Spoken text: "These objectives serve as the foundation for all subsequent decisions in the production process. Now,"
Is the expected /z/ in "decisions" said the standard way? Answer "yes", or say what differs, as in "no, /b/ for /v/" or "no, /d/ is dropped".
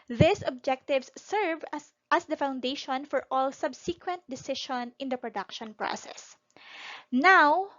no, /z/ is dropped